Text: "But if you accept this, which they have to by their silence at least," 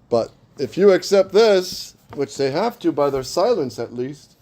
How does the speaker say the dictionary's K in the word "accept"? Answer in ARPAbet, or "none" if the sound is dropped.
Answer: K